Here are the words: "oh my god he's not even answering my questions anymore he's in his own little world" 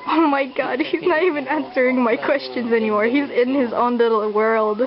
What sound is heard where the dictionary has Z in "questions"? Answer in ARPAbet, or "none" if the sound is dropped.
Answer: Z